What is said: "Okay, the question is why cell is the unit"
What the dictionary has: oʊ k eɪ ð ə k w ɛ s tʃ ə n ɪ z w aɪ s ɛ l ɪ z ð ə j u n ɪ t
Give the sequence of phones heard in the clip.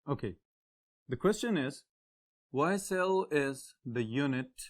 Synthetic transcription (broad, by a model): oʊ k eɪ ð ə k w ɛ s tʃ ə n ɪ z w aɪ s ɛ l ɪ z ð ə j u n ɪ t